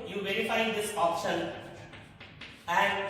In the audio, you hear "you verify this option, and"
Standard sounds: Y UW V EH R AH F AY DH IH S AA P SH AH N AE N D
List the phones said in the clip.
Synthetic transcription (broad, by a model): Y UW V EH R AH F AY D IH S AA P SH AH L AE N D